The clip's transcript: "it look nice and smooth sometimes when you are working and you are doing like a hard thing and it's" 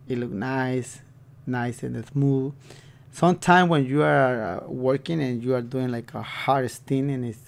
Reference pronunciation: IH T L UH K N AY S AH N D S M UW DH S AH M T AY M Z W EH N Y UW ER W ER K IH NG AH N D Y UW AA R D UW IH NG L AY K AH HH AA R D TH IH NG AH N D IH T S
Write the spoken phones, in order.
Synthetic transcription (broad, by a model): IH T L UH K N AY S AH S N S M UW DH S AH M T AY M W EH N Y UW ER W ER K IH NG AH N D Y UW AA R D UW IH NG L AY K AH HH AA R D S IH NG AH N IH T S